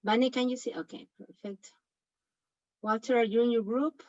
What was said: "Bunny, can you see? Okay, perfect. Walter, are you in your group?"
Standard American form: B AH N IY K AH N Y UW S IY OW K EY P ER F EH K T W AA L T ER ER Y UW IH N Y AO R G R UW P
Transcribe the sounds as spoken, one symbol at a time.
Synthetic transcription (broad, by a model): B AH N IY K AH N Y UW S IY OW K EY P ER F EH K T W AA T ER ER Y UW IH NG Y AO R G R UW P